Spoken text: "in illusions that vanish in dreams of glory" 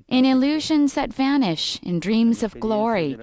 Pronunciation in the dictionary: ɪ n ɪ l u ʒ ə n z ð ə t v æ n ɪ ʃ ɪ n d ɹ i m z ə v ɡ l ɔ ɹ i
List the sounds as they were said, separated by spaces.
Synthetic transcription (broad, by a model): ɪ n ɪ l u ʒ ə n z ð ə t v æ n ɪ ʃ ɪ n d ɹ i m z ə v ɡ l ɔ ɹ i